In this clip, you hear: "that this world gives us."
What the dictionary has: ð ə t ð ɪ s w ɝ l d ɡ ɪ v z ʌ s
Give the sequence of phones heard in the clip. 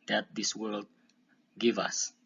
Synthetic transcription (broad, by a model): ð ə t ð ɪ s w ɝ l d ɡ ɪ v ʌ s